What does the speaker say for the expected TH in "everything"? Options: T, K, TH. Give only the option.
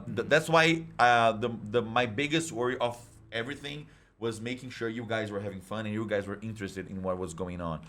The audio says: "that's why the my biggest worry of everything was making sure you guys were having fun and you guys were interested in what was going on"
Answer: TH